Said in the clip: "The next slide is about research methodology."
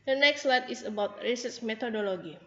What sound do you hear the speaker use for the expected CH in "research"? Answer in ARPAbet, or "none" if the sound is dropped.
S